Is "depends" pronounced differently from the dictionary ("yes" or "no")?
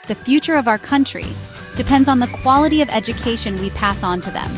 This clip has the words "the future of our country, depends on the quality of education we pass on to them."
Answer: no